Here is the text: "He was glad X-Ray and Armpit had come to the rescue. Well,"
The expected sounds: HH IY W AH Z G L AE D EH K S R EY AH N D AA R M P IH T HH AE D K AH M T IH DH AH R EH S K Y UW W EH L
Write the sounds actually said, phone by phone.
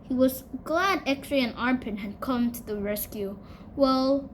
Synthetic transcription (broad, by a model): HH IY W AH Z G L AE D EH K R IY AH N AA R P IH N HH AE D K AH M T IH DH AH R EH S K Y UW W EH L